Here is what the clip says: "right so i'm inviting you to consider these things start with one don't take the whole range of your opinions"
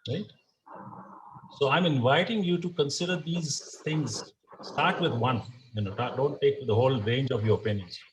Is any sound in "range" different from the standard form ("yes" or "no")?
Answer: no